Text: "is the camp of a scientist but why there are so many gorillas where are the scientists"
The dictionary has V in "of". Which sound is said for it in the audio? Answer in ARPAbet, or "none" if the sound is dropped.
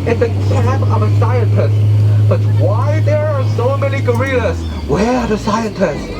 V